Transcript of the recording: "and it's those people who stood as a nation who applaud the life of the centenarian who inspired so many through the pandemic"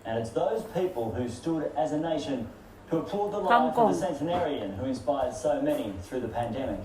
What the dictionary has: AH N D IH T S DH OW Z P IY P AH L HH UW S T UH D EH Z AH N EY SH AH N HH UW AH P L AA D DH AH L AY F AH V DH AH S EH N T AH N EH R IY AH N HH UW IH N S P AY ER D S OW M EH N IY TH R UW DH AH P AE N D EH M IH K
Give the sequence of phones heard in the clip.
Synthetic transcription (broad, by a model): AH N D IH T S DH OW Z P IY P AH L HH UW S T UH D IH Z AH N EY SH AH N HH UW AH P AA D DH AH L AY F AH DH AH S EH N T AH N EH R IY AH N HH UW IH N S P AY ER D S OW M EH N IY TH R UW DH AH P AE N D EH M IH K